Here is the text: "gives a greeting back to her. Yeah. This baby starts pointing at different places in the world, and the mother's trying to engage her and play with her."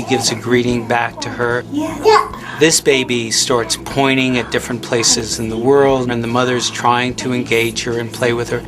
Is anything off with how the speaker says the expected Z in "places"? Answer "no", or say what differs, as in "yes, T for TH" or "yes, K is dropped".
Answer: no